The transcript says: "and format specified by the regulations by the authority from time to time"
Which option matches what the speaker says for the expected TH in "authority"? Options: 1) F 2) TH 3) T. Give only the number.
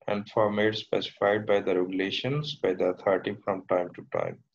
3